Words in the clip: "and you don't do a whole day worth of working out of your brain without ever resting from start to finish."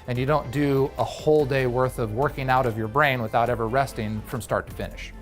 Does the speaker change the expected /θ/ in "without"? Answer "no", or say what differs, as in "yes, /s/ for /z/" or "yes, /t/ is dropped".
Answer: no